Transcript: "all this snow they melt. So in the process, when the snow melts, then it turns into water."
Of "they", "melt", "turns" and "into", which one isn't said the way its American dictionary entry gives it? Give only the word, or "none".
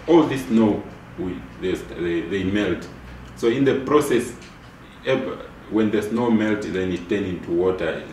turns